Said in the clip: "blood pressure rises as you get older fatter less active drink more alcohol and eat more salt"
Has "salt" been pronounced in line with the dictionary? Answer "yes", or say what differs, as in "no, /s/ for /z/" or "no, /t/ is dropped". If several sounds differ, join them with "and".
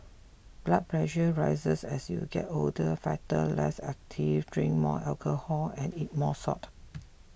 no, /l/ is dropped